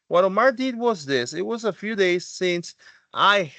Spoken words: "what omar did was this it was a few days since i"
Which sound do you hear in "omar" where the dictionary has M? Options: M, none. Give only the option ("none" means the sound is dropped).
none